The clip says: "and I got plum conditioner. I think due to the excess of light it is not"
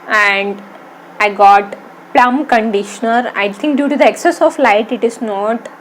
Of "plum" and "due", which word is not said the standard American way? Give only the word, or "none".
none